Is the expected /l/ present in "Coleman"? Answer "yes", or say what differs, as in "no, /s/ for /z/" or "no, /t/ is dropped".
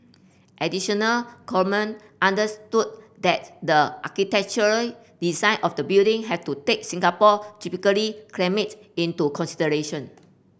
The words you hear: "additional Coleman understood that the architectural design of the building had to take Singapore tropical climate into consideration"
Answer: no, /l/ is dropped